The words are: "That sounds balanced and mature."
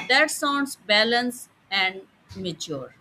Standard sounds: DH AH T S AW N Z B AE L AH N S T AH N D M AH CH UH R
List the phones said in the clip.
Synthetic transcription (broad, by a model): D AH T S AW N S B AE L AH N S AH N D M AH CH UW R